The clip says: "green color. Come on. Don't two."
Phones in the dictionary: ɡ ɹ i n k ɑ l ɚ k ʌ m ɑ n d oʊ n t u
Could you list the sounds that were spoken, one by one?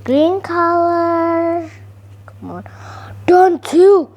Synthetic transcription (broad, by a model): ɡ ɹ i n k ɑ w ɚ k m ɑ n d oʊ n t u